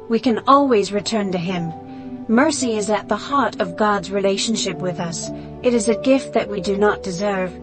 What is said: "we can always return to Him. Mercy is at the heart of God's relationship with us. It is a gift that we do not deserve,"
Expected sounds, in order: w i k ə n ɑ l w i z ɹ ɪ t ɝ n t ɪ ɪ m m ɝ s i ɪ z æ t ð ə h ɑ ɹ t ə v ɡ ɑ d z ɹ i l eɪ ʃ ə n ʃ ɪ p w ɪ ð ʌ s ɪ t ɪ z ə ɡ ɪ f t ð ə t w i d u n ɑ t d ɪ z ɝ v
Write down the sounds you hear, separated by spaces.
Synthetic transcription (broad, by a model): w i k ə n ɑ l w i z ɹ ɪ t ɝ n t ɪ ɪ m m ɝ s i ɪ z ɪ t ð ə h ɑ ɹ t ə v ɡ ɑ d z ɹ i l eɪ ʃ n ʃ ɪ p w ɪ ð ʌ s ɪ t ɪ z ə ɡ ɪ f t ð ə t w i d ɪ n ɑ t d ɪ z ɝ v